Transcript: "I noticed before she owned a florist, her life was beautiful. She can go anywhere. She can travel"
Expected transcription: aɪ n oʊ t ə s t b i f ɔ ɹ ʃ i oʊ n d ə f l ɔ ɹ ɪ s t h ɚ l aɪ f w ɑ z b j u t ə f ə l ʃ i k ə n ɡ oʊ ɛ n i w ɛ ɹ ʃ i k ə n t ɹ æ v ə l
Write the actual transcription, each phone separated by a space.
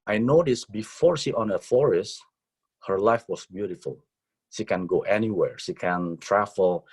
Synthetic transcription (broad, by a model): aɪ n oʊ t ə s b i f ɔ ɹ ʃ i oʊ n ə f ɔ ɹ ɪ s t h ɚ l aɪ f w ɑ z b j u t ə f ə l ʃ i k ə n ɡ oʊ ɛ n i w ɛ ɹ ʃ i k ə n t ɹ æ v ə l